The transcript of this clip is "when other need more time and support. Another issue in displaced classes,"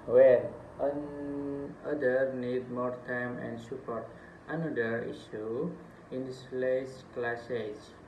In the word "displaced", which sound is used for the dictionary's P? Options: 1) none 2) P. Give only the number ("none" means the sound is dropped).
1